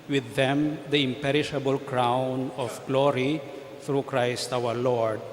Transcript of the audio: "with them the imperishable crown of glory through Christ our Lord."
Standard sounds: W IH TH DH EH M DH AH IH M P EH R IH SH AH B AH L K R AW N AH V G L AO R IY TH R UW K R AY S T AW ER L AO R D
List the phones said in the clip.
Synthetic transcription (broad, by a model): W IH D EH M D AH IH M P EH R IH SH AH B AH L K R AW N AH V G L AO R IY T R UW K R AY S T AW ER L AO R D